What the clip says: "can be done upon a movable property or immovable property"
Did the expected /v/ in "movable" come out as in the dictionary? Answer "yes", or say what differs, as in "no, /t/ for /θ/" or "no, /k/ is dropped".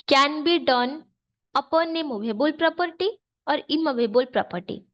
no, /b/ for /v/